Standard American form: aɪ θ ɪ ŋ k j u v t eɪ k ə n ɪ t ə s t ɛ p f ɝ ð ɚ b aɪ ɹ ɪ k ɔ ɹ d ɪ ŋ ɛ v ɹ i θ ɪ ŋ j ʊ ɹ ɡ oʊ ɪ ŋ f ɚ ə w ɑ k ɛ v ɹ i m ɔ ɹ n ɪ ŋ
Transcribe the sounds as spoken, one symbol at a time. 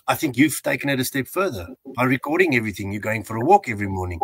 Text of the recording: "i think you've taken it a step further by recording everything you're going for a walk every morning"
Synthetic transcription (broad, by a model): aɪ θ ɪ ŋ k j u v t eɪ k ə n ɪ t ə s t ɛ p f ɝ ð ɚ b aɪ ɹ ɪ k ɔ ɹ d ɪ ŋ ɛ v ɹ i θ ɪ ŋ j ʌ ɹ ɡ oʊ ɪ ŋ f ɚ ə w ɑ k ɛ v ɹ i m ɔ ɹ n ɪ ŋ